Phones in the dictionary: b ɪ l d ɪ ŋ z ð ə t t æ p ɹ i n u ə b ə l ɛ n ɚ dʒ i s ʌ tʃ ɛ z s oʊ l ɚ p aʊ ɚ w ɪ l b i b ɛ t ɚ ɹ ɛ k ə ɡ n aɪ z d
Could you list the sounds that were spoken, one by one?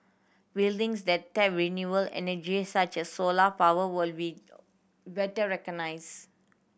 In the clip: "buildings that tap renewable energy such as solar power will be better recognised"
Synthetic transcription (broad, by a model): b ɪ l d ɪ ŋ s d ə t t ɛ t ɹ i n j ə ə l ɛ n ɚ dʒ i s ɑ tʃ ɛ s oʊ l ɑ p aʊ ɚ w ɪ l b i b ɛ t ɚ ɹ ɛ k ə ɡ n aɪ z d